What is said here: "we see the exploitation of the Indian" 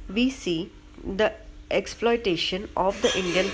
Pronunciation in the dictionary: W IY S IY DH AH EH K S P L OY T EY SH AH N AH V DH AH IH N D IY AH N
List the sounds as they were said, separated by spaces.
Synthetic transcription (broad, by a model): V IY S IY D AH EH K S P L OY T EY SH AH N AH V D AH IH N D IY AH N